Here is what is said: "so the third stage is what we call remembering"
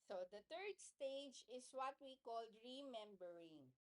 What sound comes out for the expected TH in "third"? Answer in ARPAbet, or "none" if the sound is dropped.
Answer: T